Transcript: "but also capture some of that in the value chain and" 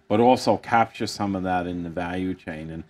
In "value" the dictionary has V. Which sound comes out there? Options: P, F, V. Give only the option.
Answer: V